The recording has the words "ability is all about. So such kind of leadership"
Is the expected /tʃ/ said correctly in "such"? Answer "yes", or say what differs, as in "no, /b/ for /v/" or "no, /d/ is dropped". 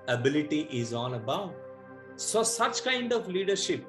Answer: yes